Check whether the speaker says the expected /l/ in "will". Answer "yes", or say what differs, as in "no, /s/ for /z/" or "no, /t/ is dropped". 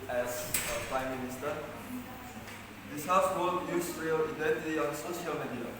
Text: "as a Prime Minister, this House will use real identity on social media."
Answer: no, /n/ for /l/